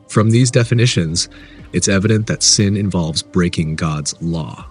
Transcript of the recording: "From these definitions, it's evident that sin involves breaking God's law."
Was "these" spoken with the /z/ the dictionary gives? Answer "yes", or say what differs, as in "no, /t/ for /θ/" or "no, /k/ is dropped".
yes